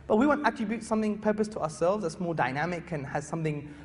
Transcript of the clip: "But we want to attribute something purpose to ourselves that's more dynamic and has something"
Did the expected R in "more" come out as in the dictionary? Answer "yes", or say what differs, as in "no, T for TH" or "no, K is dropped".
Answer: no, L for R